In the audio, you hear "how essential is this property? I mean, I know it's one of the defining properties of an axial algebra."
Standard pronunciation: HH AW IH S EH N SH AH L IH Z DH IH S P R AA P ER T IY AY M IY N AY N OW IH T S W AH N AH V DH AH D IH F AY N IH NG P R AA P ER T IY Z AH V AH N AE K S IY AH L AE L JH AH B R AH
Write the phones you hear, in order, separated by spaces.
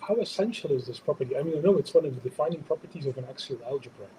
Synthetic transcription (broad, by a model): HH AW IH S EH N SH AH L IH Z DH IH S P R AA P ER T IY AY M IY N AY N OW IH T S W AH N AH V DH AH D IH F AY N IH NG P R AA P ER T IY Z AH V AH N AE K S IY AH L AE L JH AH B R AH